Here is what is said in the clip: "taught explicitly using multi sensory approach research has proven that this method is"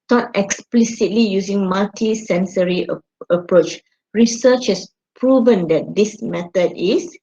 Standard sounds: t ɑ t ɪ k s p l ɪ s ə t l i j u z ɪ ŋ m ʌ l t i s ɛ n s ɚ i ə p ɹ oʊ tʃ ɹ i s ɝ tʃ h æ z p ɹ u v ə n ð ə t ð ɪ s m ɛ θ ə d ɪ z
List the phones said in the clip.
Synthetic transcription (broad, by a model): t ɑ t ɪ k s p l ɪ s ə t l i j u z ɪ ŋ m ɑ l t i s ɛ n s ɚ i ə p ɹ oʊ tʃ ɹ i s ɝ tʃ h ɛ s p ɹ u v ə n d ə t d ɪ s m ɛ t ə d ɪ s